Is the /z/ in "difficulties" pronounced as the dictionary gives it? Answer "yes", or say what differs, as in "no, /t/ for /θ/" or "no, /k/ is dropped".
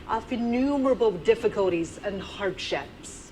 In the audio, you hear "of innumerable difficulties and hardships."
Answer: yes